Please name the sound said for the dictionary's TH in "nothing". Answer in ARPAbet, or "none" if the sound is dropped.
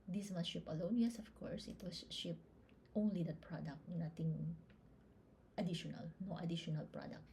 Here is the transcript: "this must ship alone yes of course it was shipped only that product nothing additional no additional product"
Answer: T